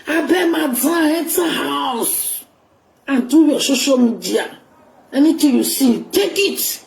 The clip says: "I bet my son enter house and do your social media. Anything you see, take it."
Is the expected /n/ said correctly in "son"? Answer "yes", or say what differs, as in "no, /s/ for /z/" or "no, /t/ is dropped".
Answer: no, /n/ is dropped